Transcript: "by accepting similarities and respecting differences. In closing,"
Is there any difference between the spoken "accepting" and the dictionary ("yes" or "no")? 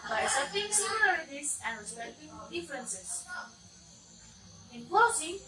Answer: yes